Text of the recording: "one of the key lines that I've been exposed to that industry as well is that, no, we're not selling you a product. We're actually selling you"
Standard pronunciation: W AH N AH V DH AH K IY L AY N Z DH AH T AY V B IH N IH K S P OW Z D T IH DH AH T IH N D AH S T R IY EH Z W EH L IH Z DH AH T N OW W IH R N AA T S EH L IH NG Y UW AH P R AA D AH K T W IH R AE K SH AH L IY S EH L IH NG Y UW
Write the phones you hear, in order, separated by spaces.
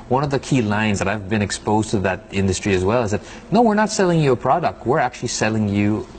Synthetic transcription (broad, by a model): W AH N AH V DH AH K IY L AY N Z DH AH T AY V B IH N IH K S P OW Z T IH DH AH T IH N D AH S T R IY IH Z W EH L IH Z DH AH T N OW W IH R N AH T S EH L IH NG Y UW AH P R AA D AH K T W IH R AE K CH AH L IY S EH L IH NG Y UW